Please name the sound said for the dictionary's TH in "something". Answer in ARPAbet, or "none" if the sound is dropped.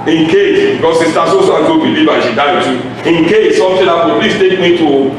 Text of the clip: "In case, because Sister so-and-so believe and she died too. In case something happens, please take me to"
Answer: T